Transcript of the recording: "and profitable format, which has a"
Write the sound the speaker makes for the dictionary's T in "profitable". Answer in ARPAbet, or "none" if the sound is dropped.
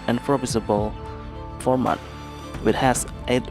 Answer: S